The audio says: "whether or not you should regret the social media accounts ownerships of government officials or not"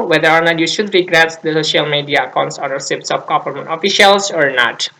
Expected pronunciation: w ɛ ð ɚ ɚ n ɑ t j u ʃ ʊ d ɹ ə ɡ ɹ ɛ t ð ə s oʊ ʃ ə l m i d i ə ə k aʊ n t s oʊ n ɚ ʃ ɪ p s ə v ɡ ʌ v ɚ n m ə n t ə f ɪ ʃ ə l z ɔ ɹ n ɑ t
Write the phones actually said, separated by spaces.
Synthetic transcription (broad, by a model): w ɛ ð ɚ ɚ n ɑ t j u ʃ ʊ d ɹ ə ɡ ɹ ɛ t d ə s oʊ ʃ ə l m i d i ə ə k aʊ n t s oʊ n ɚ s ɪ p s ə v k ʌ f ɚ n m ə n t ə f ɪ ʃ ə l s ɔ ɹ n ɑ t